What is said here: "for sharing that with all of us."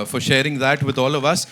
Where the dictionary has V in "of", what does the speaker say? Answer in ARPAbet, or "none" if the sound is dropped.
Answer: V